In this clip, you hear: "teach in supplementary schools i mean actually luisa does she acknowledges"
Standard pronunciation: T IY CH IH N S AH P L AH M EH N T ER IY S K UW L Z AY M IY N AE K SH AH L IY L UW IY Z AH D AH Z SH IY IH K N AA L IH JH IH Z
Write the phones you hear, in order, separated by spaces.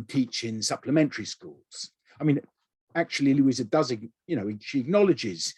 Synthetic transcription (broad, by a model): T IY CH IH N S AH P L AH M EH N T ER IY S K UW L Z AY M IY N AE K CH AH L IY L UW IY Z AH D AH Z SH IY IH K N AA L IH JH IH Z